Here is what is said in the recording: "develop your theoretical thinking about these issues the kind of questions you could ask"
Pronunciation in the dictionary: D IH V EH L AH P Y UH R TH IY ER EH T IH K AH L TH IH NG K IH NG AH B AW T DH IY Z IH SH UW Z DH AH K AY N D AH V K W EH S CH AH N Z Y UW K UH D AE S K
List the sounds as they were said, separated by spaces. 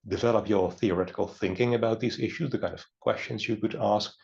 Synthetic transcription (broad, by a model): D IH V EH L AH P Y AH R TH IY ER EH T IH K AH L TH IH NG K IH NG AH B AW T DH IY Z IH SH UW Z DH AH K AY N D AH V K W EH S CH AH N Z Y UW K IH D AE S K